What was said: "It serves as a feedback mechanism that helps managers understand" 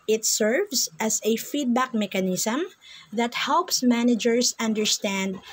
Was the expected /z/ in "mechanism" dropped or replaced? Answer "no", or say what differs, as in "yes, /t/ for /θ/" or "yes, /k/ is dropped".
yes, /s/ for /z/